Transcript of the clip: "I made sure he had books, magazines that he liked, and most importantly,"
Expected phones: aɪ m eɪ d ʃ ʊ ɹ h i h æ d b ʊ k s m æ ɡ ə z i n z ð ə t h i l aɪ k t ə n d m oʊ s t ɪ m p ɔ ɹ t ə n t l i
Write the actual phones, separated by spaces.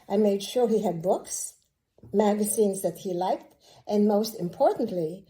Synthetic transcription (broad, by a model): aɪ m eɪ d ʃ ʊ ɹ h i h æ d b ʊ k s m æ ɡ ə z i n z ð ə t h i l aɪ k t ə n m oʊ s t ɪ m p ɔ ɹ t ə n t l i